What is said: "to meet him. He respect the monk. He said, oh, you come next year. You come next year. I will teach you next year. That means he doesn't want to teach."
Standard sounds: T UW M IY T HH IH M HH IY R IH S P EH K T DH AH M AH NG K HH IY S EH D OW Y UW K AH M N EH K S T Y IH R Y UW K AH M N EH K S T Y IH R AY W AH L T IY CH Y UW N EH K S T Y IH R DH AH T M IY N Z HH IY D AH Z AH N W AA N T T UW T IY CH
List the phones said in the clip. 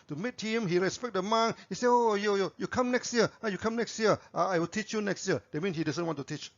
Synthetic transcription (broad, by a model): T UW M IY T HH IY M HH IY R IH S P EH K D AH M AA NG HH IY S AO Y OW Y UW K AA M N EH K S T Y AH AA Y UW K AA M N EH K S T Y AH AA AY W AH L T IY CH Y UW N EH K S T Y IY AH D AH T M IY N HH IY D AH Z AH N W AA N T T UW T IY CH